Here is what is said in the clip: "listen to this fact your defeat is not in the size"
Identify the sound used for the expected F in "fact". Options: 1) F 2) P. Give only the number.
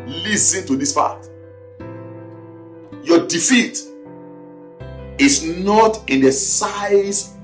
2